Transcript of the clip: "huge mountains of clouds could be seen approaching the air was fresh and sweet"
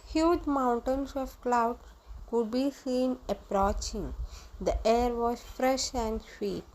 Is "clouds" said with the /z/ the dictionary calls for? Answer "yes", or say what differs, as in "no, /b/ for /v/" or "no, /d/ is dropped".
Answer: no, /z/ is dropped